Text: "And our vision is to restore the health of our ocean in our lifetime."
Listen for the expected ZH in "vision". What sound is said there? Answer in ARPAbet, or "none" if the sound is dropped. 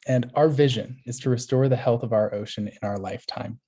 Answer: ZH